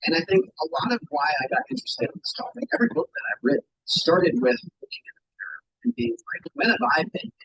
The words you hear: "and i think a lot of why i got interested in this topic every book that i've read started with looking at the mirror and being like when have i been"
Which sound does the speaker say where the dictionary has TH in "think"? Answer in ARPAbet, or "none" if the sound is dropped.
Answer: TH